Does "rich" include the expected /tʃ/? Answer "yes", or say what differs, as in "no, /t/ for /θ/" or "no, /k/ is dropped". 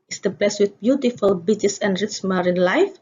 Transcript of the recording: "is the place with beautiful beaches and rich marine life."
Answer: no, /s/ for /tʃ/